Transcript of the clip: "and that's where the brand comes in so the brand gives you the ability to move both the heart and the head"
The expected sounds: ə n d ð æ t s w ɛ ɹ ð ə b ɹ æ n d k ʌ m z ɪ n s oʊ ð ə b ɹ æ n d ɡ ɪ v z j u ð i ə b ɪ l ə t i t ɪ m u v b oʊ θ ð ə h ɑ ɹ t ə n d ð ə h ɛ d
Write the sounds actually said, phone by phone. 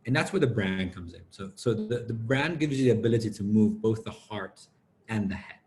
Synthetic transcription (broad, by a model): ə n ð æ t s w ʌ ɹ ð ə b ɹ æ n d k ʌ m z ɪ n s oʊ ð ə b ɹ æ n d ɡ ɪ v z j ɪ ð i ə b ɪ l ə t i t ɪ m u v b oʊ θ ð ə h ɑ ɹ t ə n ð ə h ɛ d